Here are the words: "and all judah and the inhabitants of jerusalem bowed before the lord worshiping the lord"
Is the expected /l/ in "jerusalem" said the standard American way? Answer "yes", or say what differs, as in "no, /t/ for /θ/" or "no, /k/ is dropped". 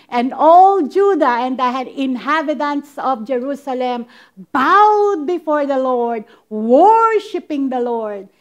yes